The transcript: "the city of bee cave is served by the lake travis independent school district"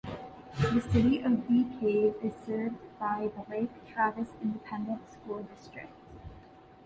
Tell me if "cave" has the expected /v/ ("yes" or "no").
no